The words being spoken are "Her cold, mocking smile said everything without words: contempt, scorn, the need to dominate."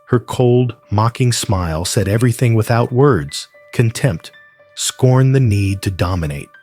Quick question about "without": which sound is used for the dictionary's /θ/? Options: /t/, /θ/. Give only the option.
/θ/